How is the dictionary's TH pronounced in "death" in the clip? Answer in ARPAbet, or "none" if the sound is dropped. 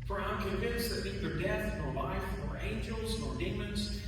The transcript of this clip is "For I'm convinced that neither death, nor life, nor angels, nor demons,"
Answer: TH